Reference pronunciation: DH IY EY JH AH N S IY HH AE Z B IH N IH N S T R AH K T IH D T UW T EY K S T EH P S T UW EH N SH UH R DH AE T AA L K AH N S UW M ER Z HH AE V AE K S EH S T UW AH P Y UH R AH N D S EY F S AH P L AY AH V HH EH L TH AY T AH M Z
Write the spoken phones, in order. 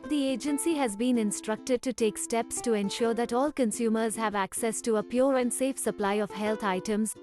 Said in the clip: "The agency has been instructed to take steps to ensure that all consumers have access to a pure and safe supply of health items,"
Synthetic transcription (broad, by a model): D IY EY JH AH N S IY HH AE Z B IH N IH N S T R AH K T IH D T UW T EY K S T EH P S T UW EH N SH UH R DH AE T AA L K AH N S UW M ER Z HH AE V AE K S EH S T UW AH P Y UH R AH N D S EY F S AH P L AY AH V HH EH L T AY T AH M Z